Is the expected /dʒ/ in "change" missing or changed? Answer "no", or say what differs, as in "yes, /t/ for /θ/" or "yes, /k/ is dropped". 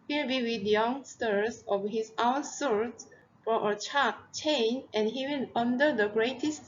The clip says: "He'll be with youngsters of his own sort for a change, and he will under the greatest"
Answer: yes, /dʒ/ is dropped